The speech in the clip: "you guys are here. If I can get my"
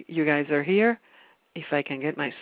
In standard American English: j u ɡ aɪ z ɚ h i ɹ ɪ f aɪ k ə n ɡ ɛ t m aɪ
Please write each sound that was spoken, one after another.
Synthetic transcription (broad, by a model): j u ɡ aɪ z ɚ h i ɹ ɪ f aɪ k ə n ɡ ɛ t m aɪ